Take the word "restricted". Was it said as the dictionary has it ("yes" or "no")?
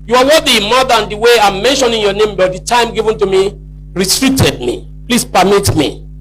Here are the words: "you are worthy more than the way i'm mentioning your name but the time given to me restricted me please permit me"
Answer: no